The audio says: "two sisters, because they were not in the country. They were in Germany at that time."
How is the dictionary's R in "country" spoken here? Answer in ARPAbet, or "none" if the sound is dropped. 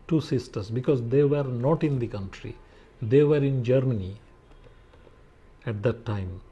R